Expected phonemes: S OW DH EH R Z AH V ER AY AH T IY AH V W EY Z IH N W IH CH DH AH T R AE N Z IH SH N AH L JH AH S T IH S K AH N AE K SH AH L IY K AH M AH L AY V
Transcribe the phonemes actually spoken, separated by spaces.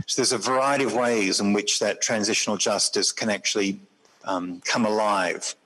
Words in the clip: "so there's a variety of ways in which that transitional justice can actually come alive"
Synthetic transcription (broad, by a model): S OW DH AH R Z AH V ER AY AH T IY AH V W EY Z IH N W IH CH DH AH T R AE N Z IH SH N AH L JH AH S T IH S K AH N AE K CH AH L IY K AH M AH L AY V